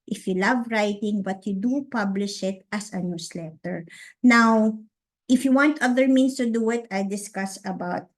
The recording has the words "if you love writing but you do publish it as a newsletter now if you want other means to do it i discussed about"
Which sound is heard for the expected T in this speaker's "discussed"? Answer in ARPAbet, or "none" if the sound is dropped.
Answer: none